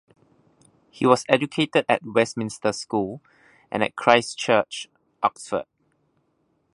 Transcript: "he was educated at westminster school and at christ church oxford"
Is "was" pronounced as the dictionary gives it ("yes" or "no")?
no